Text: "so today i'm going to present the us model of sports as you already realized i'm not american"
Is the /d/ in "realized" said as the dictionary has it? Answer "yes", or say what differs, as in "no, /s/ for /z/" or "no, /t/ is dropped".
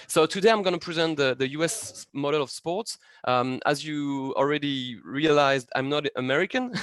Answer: yes